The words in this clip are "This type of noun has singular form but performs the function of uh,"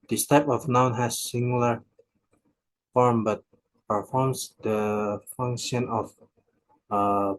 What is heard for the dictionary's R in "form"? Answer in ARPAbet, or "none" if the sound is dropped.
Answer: R